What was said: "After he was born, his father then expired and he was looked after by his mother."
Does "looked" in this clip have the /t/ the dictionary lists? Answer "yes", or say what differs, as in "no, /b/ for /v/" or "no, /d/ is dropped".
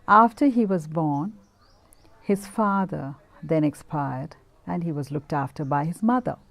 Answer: yes